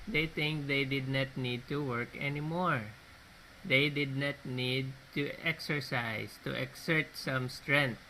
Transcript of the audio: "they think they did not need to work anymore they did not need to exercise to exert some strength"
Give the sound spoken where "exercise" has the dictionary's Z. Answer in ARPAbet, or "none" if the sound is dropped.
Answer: S